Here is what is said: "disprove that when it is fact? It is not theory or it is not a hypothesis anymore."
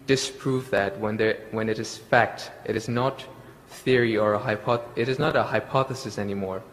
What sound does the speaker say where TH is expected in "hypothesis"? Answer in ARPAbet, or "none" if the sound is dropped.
TH